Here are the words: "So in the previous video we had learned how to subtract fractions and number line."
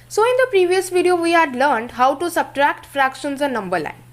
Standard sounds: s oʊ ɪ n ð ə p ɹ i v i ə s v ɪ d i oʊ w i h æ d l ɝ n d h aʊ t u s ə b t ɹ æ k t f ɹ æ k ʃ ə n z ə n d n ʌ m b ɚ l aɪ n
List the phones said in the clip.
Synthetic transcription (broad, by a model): s oʊ ɪ n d ə p ɹ i v i ə s v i d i oʊ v i h æ d l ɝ n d h aʊ t u s ə b t ɹ æ k t f ɹ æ k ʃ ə n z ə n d n ʌ m b ɚ l aɪ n